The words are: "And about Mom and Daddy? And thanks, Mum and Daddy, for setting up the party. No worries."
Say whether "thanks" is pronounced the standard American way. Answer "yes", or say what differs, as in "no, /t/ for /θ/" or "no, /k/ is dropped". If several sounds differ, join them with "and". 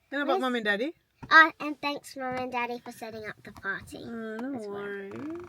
yes